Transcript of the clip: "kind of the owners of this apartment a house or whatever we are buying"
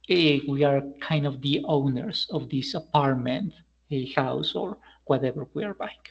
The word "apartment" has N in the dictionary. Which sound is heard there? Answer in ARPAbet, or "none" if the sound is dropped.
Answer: N